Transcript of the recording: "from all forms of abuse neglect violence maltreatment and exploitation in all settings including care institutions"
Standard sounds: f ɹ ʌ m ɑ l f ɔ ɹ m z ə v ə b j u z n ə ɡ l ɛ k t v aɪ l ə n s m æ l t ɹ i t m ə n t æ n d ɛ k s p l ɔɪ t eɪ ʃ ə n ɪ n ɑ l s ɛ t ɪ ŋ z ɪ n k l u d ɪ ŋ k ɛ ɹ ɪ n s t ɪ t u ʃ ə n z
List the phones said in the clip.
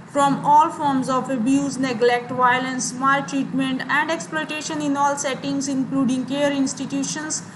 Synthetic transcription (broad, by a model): f ɹ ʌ m ɑ l f ɔ ɹ m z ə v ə b j u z n ə ɡ l ɛ k t v aɪ l ə n s m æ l t ɹ i t m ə n t æ n d ɛ k s p l ɔɪ t eɪ ʃ ə n ɪ n ɑ l s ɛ t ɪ ŋ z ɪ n k l u d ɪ ŋ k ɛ ɹ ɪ n s t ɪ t u ʃ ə n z